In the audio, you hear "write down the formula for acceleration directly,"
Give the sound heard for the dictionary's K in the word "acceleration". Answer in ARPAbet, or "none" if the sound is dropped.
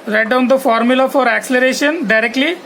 K